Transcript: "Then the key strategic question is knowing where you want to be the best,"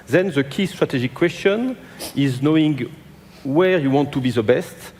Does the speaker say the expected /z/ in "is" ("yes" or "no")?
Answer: yes